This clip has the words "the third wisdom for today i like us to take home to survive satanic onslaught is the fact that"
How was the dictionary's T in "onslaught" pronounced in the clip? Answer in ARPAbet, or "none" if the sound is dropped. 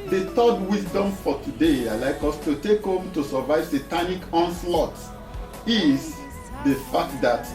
T